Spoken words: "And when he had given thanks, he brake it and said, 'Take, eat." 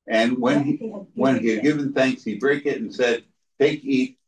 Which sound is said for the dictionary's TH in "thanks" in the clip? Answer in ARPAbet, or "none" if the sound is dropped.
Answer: TH